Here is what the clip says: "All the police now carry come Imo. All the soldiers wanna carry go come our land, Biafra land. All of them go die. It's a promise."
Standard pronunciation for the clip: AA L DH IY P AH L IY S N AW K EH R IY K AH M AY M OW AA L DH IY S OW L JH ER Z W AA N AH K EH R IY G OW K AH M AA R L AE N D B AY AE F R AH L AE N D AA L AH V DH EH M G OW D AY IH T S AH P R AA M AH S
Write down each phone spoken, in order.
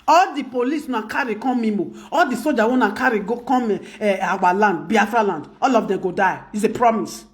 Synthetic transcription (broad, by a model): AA L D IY P AH L IY S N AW K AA R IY K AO M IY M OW AA L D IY S OW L JH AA W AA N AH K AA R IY G OW K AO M AA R L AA N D B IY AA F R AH L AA N D AA L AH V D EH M G OW D AY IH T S AH P R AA M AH S